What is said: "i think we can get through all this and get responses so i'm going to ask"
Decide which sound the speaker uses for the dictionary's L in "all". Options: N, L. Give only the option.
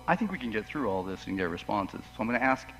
L